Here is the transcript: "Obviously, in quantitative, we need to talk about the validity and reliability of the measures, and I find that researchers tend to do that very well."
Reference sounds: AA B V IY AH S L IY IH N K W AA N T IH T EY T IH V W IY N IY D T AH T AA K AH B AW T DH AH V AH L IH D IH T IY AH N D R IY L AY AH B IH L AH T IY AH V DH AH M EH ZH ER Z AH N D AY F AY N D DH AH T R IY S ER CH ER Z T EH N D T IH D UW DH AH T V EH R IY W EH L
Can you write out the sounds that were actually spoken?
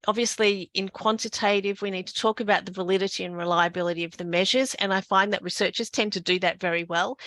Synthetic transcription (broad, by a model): AA B V IY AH S L IY IH N K W AA N T IH T EY T IH V W IY N IY D T AH T AA K AH B AW T DH AH V AH L IH D IH T IY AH N R IY L AY AH B IH L AH T IY AH V DH AH M EH ZH ER Z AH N AY F AY N DH AH T R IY S ER CH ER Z T EH N T IH D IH DH AH T V EH R IY W EH L